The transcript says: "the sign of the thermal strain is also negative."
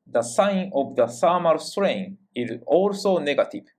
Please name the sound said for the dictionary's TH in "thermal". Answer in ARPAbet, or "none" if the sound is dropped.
S